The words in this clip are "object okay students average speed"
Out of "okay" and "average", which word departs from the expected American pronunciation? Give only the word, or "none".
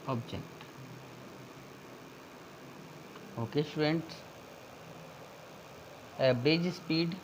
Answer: average